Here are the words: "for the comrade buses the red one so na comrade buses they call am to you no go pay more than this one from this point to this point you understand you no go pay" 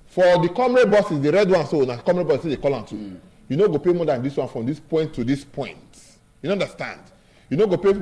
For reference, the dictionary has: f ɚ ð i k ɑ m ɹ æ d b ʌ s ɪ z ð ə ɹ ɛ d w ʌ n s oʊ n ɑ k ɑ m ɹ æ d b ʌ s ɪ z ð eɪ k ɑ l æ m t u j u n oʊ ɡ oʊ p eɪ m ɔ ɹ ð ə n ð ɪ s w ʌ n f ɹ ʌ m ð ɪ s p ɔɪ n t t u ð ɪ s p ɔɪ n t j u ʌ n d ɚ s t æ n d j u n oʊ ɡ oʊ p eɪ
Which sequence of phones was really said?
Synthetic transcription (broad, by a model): f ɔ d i k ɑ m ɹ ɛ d b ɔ s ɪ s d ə ɹ ɛ d w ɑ n s oʊ n ɑ k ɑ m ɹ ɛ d b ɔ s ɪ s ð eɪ k ɑ l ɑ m t u j u n oʊ ɡ oʊ p eɪ m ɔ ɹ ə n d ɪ s w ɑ n f ɹ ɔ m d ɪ s p ɔɪ n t t u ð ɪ s p ɔɪ n t j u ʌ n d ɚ s t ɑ n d j u n oʊ ɡ oʊ p eɪ